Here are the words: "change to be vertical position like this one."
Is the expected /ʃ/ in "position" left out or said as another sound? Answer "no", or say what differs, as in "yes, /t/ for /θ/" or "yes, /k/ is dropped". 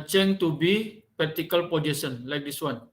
yes, /s/ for /ʃ/